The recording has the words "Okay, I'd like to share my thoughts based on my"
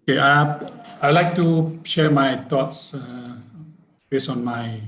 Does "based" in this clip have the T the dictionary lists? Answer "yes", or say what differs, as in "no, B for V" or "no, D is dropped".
no, T is dropped